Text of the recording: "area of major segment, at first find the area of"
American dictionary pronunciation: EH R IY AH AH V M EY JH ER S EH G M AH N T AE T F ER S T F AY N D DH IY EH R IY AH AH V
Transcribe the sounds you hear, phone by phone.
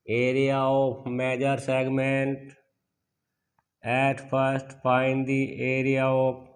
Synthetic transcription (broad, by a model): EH R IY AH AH P M EY JH ER S EH G M AH N T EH T P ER S T P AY N D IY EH R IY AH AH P